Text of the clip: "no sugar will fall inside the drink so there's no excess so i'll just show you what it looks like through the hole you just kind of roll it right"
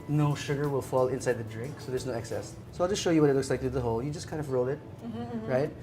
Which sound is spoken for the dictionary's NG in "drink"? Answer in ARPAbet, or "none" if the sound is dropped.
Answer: NG